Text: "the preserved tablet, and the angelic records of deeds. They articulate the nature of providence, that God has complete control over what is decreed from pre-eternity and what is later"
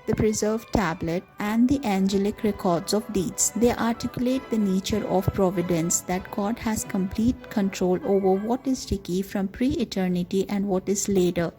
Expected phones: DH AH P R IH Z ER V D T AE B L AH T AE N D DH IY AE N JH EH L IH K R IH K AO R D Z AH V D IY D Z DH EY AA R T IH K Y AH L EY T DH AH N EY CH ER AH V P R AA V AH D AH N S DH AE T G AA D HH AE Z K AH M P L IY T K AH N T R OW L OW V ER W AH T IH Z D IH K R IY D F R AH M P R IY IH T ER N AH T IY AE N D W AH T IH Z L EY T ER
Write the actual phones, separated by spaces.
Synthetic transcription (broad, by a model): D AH P R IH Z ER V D T AE B L AH T AE N D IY AE N JH EH L IH K R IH K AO R D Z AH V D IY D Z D EY AA R T IH K Y AH L EY T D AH N EY CH ER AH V P R AA V AH D AH N S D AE T G AA D HH AE Z K AH M P L IY T K AH N T R OW L OW V ER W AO T IH Z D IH K IY F R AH M P R IY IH T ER N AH T IY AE N D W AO T IH Z L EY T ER